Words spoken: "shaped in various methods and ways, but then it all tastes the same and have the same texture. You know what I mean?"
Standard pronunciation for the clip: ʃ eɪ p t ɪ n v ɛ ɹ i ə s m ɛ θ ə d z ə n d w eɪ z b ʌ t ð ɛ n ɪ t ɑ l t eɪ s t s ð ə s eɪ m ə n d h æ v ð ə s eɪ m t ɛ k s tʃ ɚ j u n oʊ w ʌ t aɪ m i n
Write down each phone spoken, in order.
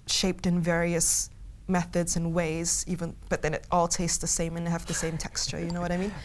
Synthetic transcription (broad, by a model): ʃ eɪ p t ɪ n v ɛ ɹ i ə s m ɛ θ ə d z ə n w eɪ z b ʌ t ð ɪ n ɪ t ɑ l t eɪ s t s ð ə s eɪ m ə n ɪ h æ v ð ə s eɪ m t ɛ k s tʃ ɚ j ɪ n oʊ w ʌ t aɪ m i n